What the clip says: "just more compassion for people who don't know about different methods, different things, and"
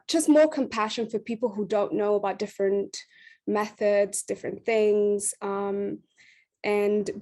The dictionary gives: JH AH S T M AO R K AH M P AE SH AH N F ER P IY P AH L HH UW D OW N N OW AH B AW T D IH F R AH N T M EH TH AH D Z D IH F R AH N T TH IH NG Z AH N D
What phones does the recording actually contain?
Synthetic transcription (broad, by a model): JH AH S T M AO R K AH M P AE SH AH N F ER P IY P L HH UW D OW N N OW AH B AW T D IH F R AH N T M EH TH AH D Z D IH F R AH N TH IH NG Z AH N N